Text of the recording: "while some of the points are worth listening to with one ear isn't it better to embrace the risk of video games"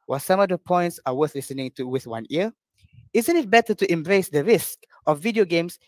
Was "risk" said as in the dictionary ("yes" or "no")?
yes